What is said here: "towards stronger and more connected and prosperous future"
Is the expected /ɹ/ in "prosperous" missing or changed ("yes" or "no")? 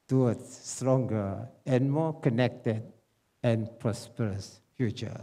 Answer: no